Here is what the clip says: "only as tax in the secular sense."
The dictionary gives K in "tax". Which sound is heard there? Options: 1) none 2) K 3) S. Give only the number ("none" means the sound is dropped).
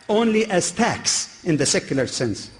2